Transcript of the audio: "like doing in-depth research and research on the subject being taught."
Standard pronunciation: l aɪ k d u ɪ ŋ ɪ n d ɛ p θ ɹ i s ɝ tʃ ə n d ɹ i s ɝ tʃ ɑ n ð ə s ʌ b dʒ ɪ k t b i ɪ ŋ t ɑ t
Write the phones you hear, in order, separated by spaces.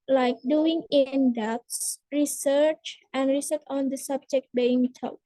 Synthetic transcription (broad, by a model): l aɪ k d u ɪ ŋ ɪ n d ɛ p s ɹ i s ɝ tʃ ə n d ɹ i s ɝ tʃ ɑ n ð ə s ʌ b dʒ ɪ k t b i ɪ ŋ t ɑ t